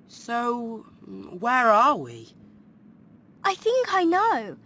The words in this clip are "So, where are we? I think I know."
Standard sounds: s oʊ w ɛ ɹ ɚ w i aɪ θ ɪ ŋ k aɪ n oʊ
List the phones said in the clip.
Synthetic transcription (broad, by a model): s oʊ w ɛ ɹ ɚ w i aɪ θ ɪ ŋ k aɪ n oʊ